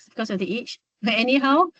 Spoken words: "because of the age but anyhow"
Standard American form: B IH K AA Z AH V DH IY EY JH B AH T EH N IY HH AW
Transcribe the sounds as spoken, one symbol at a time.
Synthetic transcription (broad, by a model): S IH K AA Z AH V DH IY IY CH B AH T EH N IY HH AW